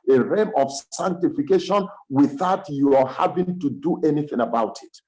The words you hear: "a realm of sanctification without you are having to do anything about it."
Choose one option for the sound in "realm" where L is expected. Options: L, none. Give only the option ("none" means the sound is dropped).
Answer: none